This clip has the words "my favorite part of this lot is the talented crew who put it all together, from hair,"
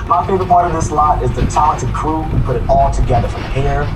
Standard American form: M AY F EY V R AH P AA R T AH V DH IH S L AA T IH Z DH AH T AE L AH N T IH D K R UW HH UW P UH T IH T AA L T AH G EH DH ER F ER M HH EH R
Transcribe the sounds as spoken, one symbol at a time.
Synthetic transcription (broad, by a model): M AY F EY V AH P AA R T AH V DH IH S L AA T IH Z DH AH T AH T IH K R UW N P UH T IH T AA L T AH G EH DH ER F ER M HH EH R